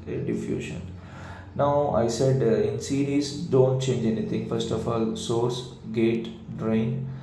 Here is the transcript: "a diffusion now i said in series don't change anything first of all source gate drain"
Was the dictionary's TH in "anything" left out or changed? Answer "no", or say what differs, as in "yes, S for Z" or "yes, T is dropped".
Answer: yes, T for TH